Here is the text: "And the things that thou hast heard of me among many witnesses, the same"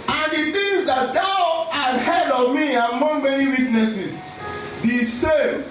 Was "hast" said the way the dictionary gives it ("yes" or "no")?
no